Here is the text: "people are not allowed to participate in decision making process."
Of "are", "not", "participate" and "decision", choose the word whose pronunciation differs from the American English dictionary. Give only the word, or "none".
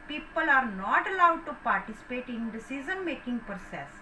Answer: decision